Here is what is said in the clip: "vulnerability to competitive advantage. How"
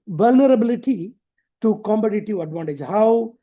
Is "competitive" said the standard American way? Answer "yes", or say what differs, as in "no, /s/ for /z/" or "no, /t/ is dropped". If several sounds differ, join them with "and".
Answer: no, /b/ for /p/